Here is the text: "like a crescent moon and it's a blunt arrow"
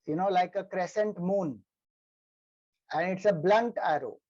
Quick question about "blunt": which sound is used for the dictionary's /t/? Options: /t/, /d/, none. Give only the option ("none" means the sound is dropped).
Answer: /t/